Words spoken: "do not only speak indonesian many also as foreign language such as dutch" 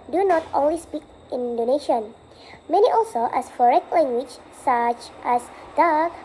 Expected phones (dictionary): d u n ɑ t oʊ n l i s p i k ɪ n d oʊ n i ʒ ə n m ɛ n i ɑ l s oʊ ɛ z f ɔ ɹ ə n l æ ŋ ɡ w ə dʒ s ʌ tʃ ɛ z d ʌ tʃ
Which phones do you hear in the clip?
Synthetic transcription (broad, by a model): d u n ɑ t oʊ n w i s p i k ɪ n d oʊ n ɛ ʃ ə n m ɛ n i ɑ l s oʊ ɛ s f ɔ ɹ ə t l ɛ ŋ ɡ w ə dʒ s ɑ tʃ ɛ s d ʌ